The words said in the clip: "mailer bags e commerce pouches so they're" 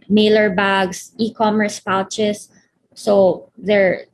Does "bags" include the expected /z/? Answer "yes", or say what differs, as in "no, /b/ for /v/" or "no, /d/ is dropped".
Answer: no, /s/ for /z/